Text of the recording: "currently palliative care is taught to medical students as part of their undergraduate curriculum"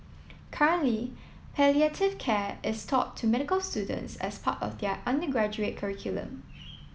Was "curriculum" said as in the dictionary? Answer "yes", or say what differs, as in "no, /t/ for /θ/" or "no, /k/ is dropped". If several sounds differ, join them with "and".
yes